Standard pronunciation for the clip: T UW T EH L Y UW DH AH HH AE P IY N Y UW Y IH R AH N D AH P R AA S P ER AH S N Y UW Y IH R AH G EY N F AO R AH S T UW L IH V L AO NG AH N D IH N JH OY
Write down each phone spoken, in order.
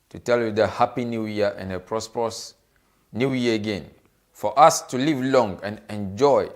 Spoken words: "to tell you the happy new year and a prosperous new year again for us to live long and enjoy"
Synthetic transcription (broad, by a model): T UW T EH L Y UW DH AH HH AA P IY N Y UW Y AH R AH N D AH P R AA S P ER AH S N Y UW Y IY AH AH G EY N F AO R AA S T UW L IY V L AO NG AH N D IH N JH OY